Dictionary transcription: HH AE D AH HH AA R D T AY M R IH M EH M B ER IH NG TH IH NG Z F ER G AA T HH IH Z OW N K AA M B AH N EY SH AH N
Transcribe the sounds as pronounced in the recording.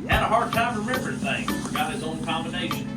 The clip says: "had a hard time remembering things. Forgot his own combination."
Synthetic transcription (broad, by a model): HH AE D AH HH AA R D T AY M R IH M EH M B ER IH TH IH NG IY F ER G AA T HH IH Z OW N K AA M B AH N EY SH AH N